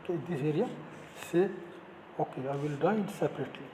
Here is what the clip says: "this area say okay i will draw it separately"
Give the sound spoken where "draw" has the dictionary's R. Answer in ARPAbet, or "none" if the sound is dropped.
none